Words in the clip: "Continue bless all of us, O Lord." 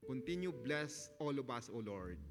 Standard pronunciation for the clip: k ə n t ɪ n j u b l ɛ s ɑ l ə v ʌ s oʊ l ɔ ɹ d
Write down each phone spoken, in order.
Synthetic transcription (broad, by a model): k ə n t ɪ n j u b l ɛ s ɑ l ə b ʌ s oʊ l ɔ ɹ d